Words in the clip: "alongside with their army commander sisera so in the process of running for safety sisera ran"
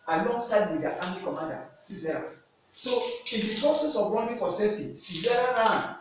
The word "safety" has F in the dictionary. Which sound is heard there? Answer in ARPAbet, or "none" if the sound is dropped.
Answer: none